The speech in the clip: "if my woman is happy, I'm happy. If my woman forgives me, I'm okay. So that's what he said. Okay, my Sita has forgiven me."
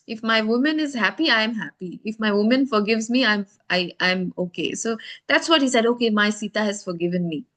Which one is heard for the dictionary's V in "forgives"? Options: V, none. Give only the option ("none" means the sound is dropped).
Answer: V